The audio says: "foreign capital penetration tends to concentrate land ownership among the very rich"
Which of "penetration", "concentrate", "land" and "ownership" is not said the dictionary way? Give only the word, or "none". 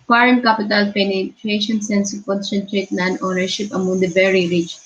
land